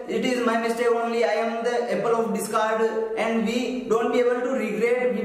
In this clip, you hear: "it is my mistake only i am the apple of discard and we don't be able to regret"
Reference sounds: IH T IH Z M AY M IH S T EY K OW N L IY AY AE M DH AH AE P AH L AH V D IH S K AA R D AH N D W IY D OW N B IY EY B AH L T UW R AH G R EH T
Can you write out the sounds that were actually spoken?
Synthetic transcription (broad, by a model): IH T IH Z M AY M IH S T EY OW N L IY AY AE M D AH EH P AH L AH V D IH S K AA R D AH N D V IY D OW N B IY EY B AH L T UW R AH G R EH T